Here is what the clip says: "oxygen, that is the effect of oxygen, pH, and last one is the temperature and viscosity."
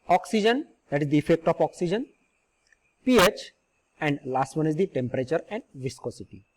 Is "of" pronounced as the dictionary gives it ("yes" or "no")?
no